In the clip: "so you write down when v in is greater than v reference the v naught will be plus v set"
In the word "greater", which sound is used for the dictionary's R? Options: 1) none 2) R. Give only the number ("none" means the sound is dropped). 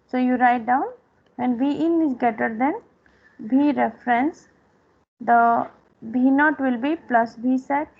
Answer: 1